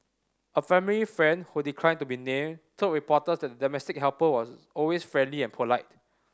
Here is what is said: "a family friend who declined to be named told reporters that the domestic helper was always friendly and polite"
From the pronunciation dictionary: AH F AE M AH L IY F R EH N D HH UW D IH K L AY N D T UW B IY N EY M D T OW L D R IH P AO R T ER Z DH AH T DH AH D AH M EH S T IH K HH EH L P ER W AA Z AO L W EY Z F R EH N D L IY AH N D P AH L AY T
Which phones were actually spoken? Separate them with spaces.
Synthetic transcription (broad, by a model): AH F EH M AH L IY F R EH N D HH UW D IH K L AY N T UW B IY N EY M T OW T R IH P AO T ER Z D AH T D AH D AH M EH S T IH K HH EH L P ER W AA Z AO L W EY S F R EH N D L IY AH N P AH L AY T